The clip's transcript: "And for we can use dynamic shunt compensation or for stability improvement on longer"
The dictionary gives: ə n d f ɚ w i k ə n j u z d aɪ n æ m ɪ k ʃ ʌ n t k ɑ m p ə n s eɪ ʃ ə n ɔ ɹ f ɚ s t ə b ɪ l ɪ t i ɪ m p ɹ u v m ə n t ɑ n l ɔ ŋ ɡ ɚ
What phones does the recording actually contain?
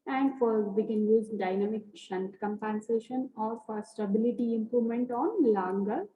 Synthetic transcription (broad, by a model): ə n d f ɚ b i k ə n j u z d aɪ n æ m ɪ k ʃ ʌ n t k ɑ m p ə n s eɪ ʃ ə n ɔ ɹ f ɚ s t ə b ɪ l ɪ t i ɪ m p ɹ u v m ə n t ɑ n l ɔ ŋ ɡ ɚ